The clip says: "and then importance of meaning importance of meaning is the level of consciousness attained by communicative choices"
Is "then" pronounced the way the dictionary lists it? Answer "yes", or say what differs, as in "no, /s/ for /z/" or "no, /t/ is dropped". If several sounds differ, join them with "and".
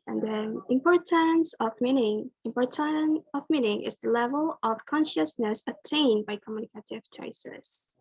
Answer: no, /n/ is dropped